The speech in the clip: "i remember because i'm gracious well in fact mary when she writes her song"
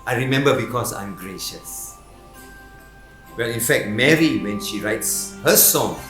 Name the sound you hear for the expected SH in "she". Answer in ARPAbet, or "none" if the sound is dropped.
SH